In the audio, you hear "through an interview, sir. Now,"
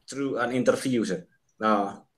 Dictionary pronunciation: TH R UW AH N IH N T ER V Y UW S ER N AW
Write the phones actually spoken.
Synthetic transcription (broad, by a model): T R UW AH N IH N T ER F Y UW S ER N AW